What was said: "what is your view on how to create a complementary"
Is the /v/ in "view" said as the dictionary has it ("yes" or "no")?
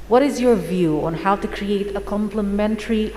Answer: yes